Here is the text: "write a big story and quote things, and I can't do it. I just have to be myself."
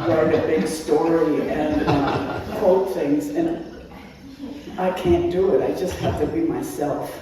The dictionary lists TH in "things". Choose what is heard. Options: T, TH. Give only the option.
TH